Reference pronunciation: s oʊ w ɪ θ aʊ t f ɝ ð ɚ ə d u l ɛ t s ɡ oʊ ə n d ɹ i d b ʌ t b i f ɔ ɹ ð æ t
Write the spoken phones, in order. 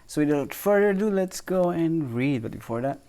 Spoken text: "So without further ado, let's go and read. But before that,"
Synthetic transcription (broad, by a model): s oʊ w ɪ t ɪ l f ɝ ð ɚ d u l ɛ t s ɡ oʊ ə n ɹ i d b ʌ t b i f ɔ ɹ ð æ t